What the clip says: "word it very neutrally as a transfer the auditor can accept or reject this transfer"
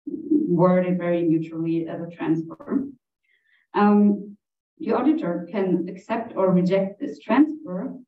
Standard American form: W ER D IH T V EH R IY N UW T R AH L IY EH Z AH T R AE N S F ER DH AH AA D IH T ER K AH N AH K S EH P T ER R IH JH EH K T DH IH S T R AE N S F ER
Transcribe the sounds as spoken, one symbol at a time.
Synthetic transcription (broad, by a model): W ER D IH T V EH R IY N UW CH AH L IY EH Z AH T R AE N S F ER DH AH AA D IH T ER K AH N AH K S EH P T ER R IH JH EH K T DH IH S T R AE N S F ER